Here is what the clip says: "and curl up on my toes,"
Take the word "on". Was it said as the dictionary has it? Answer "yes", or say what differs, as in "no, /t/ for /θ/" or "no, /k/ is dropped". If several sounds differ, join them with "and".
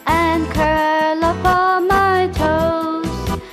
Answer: no, /l/ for /n/